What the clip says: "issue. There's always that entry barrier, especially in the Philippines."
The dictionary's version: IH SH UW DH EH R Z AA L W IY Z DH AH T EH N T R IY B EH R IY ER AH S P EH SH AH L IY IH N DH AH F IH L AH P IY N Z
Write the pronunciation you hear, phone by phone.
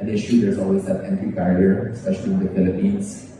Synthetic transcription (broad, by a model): IH SH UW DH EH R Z AA L W IY Z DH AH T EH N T IY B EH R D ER AH S P EH SH AH L IY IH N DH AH F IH L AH P IY N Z